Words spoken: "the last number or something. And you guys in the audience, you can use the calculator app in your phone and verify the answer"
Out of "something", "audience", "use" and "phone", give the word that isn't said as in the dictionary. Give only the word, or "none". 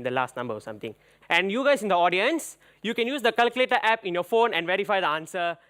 something